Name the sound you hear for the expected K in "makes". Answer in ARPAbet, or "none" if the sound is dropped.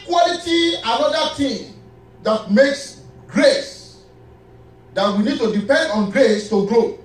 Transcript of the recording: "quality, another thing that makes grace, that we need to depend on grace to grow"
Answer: K